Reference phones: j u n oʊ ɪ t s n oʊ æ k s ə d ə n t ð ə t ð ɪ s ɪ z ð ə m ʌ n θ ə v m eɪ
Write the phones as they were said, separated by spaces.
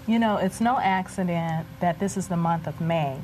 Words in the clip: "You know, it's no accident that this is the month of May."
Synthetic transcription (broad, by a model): j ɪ n oʊ ɪ t s n oʊ æ k s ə d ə n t ð ə t ð ɪ s ɪ z ð ə m ʌ n θ ə v m eɪ